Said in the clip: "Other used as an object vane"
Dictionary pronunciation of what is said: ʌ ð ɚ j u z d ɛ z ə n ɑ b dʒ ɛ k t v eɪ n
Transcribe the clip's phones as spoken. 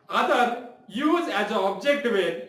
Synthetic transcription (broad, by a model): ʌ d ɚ j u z ɛ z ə ɑ b dʒ ɛ k t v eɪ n